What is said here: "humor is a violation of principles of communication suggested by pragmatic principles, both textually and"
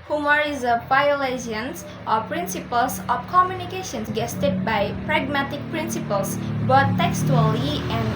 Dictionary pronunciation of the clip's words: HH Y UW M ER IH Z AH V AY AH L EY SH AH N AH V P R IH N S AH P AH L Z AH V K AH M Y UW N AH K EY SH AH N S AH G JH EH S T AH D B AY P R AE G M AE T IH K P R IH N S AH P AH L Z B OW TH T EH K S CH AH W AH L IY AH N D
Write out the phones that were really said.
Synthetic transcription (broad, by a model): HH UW M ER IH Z AH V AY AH L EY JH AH N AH P R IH N S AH P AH L S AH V K AH M Y UW N AH K EY SH AH N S G EH S T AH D B AY P R AE G M AE T IH K P R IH N S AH P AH L S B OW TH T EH K S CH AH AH L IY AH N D